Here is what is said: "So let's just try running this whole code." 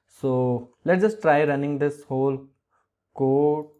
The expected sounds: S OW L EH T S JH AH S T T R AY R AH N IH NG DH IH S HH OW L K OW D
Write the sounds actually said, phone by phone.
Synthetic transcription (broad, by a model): S OW L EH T JH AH S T T R AY R AH N IH NG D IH S HH OW L K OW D